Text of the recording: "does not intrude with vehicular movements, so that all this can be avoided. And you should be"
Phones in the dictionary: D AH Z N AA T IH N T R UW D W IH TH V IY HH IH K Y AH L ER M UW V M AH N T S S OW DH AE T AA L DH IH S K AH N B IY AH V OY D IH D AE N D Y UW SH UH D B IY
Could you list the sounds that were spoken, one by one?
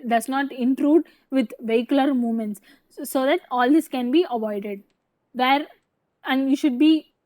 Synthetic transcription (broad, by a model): D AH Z N AA T IH N T R UW D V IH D V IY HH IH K Y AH L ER M UW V M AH N T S S OW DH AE T AA L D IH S K AH N B IY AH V OY D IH D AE N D Y UW SH UH D B IY